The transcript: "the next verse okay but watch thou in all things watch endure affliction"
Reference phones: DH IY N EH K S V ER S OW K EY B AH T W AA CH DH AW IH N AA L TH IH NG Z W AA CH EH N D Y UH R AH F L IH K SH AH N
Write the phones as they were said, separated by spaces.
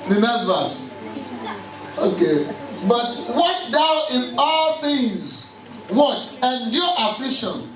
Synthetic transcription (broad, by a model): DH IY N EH S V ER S OW K EY B AH T W AA CH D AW IH N AA L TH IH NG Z W AA CH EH N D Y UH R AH F L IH K SH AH N